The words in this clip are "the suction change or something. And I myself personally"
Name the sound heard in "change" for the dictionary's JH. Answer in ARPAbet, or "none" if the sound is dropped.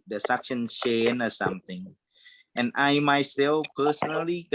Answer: none